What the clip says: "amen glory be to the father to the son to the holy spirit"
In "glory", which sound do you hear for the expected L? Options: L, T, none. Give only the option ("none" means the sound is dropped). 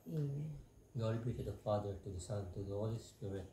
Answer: none